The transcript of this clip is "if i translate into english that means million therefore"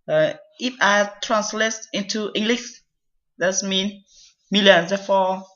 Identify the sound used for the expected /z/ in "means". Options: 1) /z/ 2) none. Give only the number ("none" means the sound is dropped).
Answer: 2